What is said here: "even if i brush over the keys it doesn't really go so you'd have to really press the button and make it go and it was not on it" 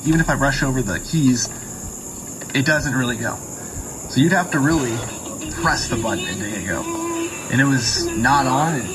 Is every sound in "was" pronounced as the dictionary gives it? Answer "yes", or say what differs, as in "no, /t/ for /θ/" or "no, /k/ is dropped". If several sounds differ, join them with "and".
yes